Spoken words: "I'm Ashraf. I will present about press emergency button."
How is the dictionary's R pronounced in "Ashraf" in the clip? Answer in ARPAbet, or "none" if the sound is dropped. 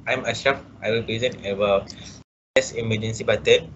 none